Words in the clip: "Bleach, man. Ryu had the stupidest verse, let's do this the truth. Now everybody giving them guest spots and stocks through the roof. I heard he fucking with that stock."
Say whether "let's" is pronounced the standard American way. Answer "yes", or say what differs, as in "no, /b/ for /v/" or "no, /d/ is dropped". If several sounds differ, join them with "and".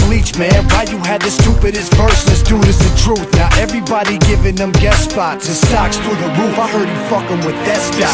no, /n/ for /l/